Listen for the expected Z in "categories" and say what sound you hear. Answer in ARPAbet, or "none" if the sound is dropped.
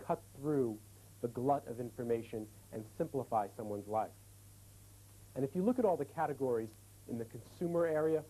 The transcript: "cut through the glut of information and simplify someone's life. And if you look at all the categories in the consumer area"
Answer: Z